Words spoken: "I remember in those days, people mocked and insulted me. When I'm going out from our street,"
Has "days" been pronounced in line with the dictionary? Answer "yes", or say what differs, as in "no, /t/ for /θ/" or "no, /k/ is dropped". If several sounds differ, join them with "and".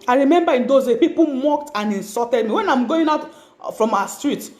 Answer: no, /z/ is dropped